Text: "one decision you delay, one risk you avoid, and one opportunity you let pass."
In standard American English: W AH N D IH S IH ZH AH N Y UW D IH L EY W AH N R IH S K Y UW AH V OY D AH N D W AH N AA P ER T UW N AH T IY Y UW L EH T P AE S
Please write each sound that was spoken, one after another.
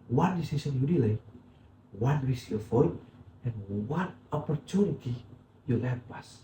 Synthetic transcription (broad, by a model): W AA N D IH S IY S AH N Y UW D IH L EY W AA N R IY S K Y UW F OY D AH N W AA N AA P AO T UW N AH T IY Y UW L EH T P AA S